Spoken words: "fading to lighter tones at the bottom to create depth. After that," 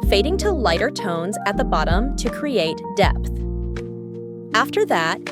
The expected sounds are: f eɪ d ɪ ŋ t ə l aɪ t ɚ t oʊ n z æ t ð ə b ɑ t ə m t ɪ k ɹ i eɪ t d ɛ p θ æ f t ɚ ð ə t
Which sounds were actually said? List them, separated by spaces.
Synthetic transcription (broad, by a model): f eɪ d ɪ ŋ t ə l aɪ t ɚ t oʊ n z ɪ t ð ə b ɑ t ə m t ɪ k ɹ i eɪ t d ɛ p θ æ f t ɚ ð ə t